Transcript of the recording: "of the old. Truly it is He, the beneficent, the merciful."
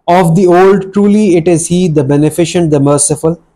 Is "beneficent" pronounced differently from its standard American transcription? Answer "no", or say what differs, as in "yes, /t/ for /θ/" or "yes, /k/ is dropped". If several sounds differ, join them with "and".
no